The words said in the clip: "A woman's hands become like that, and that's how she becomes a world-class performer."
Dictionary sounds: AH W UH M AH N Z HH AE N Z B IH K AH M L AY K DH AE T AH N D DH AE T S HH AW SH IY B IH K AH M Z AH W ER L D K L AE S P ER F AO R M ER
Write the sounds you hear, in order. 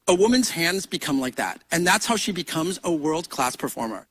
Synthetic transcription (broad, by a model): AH W UH M AH N Z HH AE N Z B IH K AH M L AY K DH AE T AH N DH AE T S HH AW SH IY B IH K AH M Z AH W ER L D K L AE S P ER F AO R M ER